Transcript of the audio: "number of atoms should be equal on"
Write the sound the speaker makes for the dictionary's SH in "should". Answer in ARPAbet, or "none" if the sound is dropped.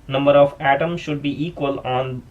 SH